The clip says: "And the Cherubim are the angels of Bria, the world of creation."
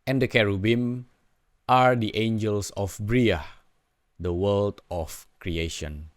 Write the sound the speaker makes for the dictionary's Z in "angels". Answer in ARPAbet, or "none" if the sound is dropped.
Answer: S